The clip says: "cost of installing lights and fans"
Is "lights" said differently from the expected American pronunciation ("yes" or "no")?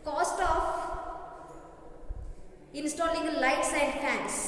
no